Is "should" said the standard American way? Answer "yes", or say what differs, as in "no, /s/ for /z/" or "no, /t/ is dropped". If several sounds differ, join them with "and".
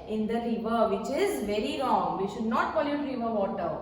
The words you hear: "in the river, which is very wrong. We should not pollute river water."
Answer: yes